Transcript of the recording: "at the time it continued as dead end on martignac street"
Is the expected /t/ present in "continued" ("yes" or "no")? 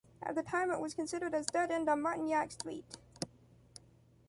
no